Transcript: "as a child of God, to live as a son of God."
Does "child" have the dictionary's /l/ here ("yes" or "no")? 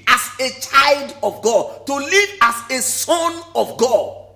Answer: yes